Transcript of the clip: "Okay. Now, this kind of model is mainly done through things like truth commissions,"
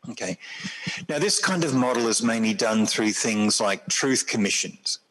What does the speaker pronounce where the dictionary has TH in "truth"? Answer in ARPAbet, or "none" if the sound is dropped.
TH